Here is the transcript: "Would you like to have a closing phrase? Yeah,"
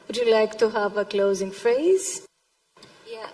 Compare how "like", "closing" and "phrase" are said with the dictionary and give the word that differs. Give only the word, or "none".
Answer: none